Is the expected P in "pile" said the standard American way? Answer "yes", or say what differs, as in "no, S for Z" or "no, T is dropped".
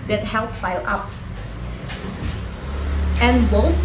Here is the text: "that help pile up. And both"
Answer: no, F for P